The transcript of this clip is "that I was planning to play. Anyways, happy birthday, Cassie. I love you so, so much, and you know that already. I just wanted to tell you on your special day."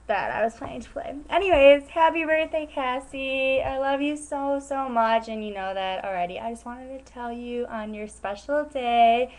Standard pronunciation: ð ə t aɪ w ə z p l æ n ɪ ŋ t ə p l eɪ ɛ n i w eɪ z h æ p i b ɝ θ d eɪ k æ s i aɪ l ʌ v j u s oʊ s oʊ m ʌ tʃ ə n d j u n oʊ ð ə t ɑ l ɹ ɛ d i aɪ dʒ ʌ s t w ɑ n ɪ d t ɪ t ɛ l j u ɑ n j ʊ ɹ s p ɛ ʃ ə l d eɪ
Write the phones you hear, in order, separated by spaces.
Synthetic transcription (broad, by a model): ð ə t aɪ w ə z p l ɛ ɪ ɪ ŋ t ə p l eɪ ɛ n i w eɪ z h æ p i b ɝ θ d eɪ k æ s i aɪ l ʌ v j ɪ s oʊ s oʊ m ʌ tʃ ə n j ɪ n oʊ ð ə t l ɹ ɛ d i aɪ dʒ ʌ s t w ɑ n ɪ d t ɪ t ɛ l j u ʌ n j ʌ ɹ s p ɛ ʃ l d eɪ